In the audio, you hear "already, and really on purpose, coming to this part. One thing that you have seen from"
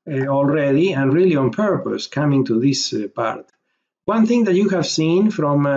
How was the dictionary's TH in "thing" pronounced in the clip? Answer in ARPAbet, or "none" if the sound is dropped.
TH